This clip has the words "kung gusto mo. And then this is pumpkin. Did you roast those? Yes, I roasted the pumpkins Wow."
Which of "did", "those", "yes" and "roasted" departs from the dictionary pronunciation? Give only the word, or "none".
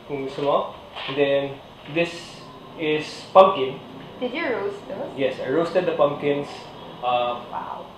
those